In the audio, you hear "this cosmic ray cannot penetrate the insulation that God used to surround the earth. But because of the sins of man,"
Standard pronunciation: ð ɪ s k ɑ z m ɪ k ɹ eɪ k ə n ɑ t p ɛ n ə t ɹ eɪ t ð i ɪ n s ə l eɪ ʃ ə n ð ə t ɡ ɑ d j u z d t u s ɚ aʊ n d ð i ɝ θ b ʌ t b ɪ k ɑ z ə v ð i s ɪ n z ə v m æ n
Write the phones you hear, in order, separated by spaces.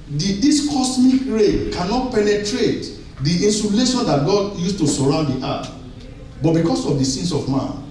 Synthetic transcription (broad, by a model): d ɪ s k ɑ s m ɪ k ɹ eɪ k ə n ɑ t p ɛ n ə t ɹ eɪ t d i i n s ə l eɪ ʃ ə n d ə t ɡ ɑ d j u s t u s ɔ aʊ n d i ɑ t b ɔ t b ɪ k ɑ s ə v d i s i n s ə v m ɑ n